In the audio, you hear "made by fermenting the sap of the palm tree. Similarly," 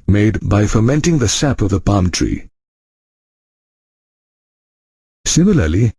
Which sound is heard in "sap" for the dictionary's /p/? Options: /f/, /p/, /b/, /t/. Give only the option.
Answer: /p/